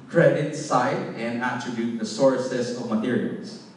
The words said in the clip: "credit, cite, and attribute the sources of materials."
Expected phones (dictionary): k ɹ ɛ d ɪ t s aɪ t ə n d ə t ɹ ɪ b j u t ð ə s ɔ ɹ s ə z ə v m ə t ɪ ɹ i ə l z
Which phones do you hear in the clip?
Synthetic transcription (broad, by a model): k ɹ ɛ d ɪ t s aɪ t ə n d ə t ɹ ɪ b j u t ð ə s ɔ ɹ s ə s ə v m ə t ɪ ɹ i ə l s